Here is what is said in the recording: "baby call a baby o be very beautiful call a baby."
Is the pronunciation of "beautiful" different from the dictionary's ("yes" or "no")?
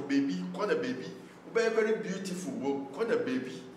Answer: yes